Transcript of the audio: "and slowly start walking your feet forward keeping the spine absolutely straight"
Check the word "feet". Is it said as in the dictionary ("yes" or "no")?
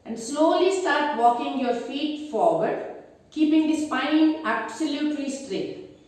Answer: yes